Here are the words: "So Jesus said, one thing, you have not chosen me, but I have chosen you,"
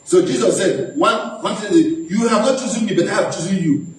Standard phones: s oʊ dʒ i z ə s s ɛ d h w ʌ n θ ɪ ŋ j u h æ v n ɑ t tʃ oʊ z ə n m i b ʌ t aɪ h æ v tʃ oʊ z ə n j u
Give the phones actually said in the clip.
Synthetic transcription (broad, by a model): s oʊ dʒ i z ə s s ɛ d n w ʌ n s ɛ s j u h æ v n ɑ t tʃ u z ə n m i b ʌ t aɪ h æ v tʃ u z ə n j u